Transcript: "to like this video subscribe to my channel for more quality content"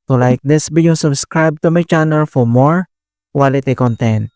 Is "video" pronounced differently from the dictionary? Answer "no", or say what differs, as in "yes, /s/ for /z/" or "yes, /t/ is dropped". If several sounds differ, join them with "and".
yes, /b/ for /v/